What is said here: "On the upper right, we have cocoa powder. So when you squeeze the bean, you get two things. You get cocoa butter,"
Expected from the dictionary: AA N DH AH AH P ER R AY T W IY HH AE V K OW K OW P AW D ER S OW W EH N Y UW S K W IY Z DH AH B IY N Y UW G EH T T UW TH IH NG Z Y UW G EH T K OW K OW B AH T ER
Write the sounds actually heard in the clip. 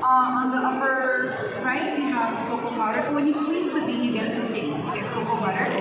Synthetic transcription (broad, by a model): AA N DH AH AH P ER R AY T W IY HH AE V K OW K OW B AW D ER S OW W EH N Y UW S W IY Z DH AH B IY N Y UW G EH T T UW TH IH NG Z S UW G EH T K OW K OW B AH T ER